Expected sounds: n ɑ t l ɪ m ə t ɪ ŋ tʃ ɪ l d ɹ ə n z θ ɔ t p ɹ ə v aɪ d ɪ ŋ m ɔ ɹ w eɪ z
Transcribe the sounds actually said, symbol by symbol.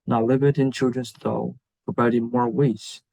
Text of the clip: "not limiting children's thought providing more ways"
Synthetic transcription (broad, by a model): n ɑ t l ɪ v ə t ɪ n tʃ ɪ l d ɹ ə n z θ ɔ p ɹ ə b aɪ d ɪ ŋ m ɔ ɹ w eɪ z